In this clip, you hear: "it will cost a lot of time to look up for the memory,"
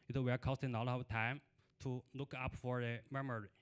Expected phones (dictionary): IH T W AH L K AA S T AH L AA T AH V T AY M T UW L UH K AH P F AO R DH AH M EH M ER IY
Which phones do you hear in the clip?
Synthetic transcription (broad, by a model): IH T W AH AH K AA S T AH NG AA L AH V T AY M T UW L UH K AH P F AO R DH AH M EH M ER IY